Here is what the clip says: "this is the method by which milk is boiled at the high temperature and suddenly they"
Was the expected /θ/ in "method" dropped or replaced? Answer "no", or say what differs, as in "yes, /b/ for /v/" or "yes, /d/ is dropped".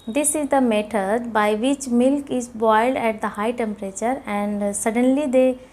yes, /t/ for /θ/